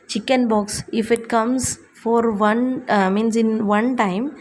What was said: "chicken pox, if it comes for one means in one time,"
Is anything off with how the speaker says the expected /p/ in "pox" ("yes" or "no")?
yes